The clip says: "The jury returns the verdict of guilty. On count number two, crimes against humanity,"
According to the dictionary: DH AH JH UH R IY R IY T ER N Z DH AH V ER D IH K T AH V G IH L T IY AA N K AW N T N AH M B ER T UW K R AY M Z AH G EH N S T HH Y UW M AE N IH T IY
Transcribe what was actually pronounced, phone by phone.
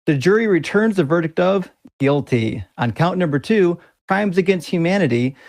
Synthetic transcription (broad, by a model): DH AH JH UH R IY R IY T ER N Z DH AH V ER D IH K T AH V G IH L T IY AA N K AW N N AH M B ER T UW K R AY M Z AH G EH N S T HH Y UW M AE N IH T IY